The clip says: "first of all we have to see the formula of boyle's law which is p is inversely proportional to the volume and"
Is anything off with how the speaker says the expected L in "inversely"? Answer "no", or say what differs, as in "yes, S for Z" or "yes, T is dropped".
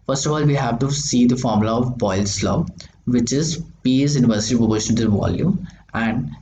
yes, L is dropped